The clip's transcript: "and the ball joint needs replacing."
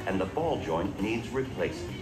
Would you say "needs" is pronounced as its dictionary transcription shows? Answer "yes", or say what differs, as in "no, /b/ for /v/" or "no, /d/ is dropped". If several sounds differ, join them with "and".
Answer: yes